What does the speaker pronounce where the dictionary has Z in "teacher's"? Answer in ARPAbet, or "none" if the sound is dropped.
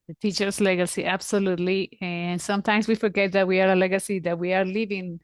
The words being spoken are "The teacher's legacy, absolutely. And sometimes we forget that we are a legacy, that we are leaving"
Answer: S